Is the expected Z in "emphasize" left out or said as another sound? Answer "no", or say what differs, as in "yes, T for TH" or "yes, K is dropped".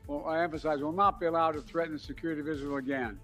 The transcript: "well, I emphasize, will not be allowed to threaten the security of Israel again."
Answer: no